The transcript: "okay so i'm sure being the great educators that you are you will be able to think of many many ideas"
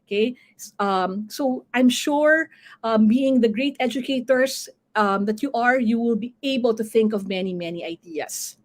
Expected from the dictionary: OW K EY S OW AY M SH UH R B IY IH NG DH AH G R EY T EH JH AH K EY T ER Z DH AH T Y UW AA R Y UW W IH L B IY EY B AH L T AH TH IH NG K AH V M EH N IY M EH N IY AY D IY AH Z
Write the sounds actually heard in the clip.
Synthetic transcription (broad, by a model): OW K EY S OW AY M SH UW R B IY IH NG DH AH G R EY T EH JH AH K EY T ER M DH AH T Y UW AA R Y UW W IH L B IY EY B AH L T AH TH IH NG K AH V M EH N IY M EH N IY AY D IY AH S